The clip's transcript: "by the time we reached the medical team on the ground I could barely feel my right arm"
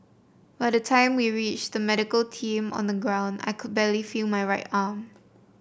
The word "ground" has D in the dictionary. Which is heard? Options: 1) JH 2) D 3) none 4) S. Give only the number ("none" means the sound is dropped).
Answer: 2